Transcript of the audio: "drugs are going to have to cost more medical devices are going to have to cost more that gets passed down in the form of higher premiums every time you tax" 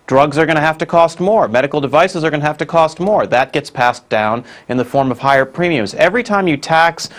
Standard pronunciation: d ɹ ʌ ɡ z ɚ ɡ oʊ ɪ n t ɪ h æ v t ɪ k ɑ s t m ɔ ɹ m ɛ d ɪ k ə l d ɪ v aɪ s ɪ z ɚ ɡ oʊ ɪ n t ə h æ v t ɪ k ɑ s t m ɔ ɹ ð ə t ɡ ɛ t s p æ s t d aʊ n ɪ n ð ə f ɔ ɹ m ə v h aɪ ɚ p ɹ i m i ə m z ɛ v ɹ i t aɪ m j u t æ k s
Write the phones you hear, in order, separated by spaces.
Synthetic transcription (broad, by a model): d ɹ ʌ ɡ z ɚ ɡ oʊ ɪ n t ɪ h æ f t ɪ k ɑ s t m ɔ ɹ m ɛ d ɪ k l d ɪ v aɪ s ɪ z ɚ ɡ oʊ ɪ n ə h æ f t ɪ k ɑ s t m ɔ ɹ ð ə t ɡ ɛ t s p æ s d aʊ n ɪ n ð ə f ɔ ɹ m ə v h aɪ ɚ p ɹ i m i ə m z ɛ v ɹ i t aɪ m j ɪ t æ k s